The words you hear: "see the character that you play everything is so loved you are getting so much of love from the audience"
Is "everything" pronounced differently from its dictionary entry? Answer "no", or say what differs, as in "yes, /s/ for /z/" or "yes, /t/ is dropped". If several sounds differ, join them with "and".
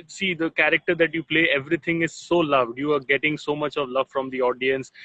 yes, /t/ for /θ/